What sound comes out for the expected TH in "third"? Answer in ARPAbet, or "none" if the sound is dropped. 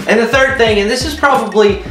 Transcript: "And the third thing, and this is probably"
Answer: TH